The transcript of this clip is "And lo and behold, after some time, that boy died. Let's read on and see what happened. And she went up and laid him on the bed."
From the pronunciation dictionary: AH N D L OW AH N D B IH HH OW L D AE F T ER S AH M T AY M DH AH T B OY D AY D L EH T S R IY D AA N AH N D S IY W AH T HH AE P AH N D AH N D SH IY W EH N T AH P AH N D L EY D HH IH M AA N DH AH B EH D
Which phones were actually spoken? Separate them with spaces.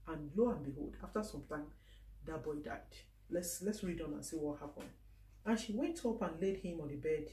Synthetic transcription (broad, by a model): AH N L OW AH N B IH HH OW L D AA F T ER S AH M T AY M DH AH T B OY D AY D L EH T S R IY D AA N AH N S IY W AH T HH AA P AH N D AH N SH IY W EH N T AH P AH N L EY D HH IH M AA N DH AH B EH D